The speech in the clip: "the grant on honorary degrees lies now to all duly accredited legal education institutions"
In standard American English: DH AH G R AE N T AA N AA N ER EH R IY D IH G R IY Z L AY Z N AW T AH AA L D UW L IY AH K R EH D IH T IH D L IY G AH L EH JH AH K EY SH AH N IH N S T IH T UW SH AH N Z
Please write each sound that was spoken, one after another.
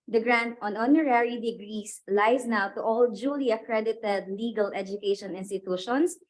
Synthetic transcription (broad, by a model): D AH G R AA N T AA N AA N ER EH R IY D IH G R IY S L AY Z N AW T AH AA L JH UW L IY AH K R EH D IH T IH D L IY G AH L EH JH AH K EY SH AH N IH N S T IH T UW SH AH N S